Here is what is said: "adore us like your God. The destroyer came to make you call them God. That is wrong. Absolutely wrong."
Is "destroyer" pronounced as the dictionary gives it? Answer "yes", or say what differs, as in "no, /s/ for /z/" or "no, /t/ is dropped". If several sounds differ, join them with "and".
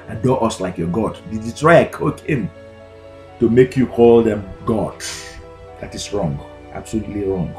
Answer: no, /s/ is dropped